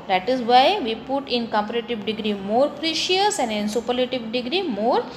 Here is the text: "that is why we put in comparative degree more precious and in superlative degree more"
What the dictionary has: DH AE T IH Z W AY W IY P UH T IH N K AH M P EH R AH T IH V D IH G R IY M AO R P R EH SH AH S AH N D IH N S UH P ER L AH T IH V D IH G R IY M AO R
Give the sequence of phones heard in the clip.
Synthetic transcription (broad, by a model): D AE T IH Z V AY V IY P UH T IH N K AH M P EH R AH T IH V D IH G R IY M AO R P R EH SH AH S AH N D IH N S UH P ER L AH T IH V D IH G R IY M AO R